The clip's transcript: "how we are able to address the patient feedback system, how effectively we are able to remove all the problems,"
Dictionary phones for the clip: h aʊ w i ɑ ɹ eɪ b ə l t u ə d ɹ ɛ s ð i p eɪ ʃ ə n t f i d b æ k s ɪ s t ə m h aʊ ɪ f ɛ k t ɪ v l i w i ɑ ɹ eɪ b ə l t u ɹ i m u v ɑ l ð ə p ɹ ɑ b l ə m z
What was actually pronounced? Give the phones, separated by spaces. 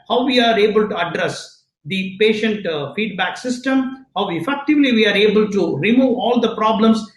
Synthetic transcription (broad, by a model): h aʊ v i ɑ ɹ eɪ b ə l t u ə d ɹ ɛ s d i p eɪ ʃ ə n t f i d b æ k s ɪ s t ə m h aʊ ɪ f ɛ k t ɪ v l i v i ɑ ɹ eɪ b ə l t u ɹ i m u v ɑ l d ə p ɹ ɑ b l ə m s